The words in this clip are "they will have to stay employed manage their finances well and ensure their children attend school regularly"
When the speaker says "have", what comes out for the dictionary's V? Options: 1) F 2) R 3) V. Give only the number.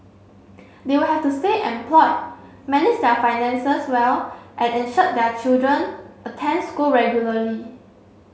1